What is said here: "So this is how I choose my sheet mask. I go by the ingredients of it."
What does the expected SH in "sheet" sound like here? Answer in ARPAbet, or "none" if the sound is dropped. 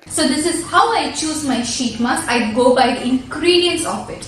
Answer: SH